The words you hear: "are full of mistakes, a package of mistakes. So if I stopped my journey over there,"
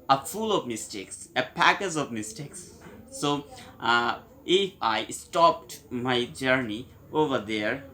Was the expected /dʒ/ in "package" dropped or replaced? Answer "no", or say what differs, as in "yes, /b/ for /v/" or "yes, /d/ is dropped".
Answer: yes, /z/ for /dʒ/